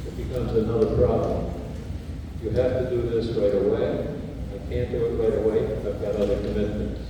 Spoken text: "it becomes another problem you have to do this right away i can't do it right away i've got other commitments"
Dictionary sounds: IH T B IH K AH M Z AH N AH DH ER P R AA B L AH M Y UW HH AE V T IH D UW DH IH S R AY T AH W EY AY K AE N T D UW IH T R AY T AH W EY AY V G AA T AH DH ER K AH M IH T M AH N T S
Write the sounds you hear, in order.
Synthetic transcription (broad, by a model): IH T B IH K AH M Z AH N AH DH ER P R AA B L AH M Y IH HH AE F T IH D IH DH IH S R AY T AH W EY AY K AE N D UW IH T R AY T AH W EY AY V G AA T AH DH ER K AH M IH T M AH N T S